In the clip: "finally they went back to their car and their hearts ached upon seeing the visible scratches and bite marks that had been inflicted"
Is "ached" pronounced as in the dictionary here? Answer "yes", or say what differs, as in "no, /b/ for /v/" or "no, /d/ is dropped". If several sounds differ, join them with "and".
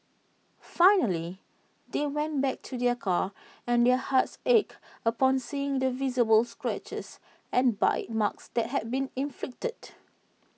no, /t/ is dropped